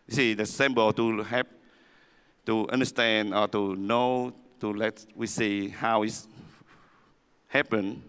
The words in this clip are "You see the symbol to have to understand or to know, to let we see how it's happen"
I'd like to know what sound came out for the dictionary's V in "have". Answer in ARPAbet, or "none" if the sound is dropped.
P